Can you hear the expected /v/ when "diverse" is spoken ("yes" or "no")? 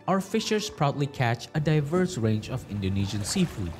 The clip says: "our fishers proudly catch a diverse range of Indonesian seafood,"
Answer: yes